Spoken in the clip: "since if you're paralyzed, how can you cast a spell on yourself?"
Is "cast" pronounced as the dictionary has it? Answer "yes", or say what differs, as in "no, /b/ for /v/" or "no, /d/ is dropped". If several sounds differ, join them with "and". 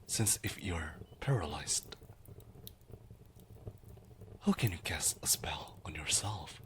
no, /t/ is dropped